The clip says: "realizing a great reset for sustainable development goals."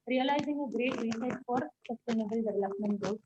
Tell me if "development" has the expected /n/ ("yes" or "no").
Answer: yes